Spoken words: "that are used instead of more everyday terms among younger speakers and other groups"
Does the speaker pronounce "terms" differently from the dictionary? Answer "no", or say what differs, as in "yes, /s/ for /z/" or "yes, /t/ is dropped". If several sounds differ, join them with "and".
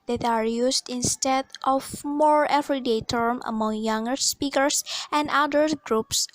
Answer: yes, /z/ is dropped